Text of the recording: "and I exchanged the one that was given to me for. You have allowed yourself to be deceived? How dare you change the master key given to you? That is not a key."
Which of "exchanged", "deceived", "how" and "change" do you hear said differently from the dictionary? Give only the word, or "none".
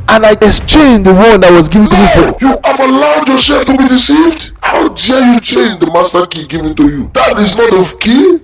exchanged